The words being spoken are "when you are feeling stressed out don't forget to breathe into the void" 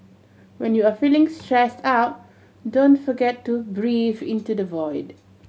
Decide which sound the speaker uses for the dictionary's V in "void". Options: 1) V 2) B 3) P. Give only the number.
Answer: 1